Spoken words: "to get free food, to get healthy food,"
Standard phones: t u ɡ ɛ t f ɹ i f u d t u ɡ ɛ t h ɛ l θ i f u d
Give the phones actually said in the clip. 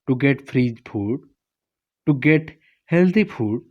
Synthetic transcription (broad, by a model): t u ɡ ɛ t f ɹ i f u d t u ɡ ɛ t h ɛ l t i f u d